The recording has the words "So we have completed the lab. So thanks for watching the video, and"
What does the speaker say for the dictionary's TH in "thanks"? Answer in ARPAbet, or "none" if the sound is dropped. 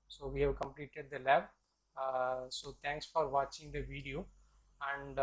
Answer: T